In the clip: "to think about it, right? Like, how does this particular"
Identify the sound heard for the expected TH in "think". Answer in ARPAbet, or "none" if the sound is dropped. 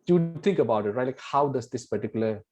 T